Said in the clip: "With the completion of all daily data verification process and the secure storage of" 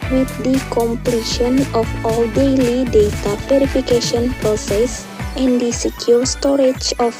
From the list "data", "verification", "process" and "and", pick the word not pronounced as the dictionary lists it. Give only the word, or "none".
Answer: verification